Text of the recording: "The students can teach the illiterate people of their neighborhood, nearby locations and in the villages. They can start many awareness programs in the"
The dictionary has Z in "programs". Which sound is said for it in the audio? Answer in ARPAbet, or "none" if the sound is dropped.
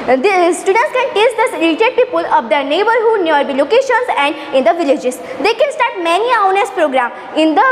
none